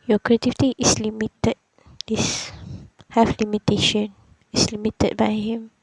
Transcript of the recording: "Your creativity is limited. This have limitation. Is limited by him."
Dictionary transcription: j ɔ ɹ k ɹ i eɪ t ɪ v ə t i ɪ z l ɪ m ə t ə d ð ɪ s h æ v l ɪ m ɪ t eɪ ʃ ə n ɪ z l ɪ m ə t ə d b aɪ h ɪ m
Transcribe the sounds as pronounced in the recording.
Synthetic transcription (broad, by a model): j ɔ k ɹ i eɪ t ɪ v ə t i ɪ s l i m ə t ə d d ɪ s h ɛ f l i m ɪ t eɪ ʃ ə n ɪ s l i m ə t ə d b aɪ h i m